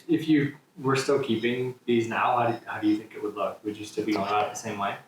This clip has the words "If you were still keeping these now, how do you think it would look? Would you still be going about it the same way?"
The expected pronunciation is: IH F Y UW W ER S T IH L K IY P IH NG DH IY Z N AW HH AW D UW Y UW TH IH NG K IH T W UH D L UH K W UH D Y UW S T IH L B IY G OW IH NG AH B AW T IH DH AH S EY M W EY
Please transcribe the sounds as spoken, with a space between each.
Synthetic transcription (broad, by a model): IH F Y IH W ER S T IH L K IY P IH NG DH IY Z N AW HH AW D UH Y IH TH IH NG K IH T W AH D L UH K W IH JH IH S T IH L B IY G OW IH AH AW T DH AH S EY M W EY